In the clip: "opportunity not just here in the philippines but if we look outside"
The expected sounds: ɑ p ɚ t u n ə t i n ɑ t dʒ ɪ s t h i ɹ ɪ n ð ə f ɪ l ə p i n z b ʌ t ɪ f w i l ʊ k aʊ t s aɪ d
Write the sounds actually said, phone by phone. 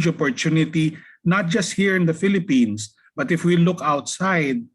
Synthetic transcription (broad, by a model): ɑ p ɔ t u n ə t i n ɑ t dʒ ɪ s t h i ɹ ɪ n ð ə f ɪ l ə p i n s b ʌ t ɪ f w i l ʊ k aʊ t s aɪ d